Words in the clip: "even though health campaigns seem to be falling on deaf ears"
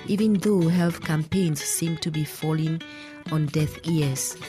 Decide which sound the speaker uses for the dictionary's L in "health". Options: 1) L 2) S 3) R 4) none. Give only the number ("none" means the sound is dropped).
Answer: 1